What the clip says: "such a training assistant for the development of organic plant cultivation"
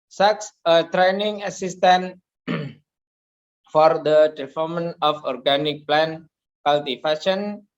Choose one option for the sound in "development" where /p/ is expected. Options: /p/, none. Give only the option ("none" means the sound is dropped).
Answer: none